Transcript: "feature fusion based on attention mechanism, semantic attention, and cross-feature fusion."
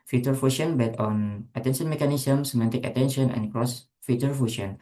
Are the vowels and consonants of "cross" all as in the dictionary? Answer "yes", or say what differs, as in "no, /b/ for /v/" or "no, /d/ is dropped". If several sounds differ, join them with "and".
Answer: yes